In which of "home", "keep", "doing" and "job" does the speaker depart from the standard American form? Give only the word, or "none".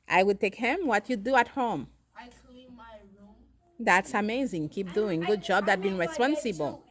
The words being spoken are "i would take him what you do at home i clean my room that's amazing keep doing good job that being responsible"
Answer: home